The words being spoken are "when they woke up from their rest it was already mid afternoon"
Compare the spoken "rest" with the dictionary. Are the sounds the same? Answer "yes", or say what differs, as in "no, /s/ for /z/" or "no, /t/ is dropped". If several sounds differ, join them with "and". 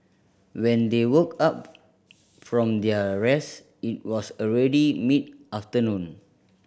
no, /t/ is dropped